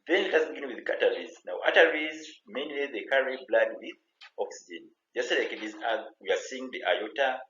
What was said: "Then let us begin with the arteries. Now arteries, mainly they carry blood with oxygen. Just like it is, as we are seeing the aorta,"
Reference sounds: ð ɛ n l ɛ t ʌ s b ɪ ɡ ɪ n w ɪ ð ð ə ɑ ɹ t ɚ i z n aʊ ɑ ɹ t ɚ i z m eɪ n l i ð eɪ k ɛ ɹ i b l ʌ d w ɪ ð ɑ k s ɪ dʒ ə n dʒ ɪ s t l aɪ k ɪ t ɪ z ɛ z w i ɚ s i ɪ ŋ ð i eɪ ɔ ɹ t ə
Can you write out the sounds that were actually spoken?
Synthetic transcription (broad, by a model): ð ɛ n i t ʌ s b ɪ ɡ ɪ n w ɪ ð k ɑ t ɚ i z n aʊ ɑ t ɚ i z m eɪ n l i ð eɪ k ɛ ɹ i b l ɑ d w ɪ ð ɑ k s ɪ dʒ ə n dʒ ɪ s t l aɪ k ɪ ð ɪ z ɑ w i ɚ s i ɪ ŋ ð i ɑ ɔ t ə